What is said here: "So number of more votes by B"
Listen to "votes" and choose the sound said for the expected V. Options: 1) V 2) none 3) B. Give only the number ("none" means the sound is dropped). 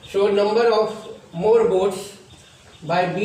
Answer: 3